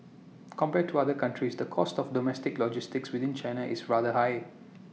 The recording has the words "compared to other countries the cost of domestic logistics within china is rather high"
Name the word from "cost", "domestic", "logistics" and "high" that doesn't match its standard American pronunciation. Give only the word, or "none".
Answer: none